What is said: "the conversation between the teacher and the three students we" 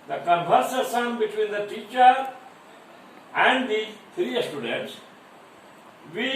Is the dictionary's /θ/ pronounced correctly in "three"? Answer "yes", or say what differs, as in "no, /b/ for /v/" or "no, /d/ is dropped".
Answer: no, /t/ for /θ/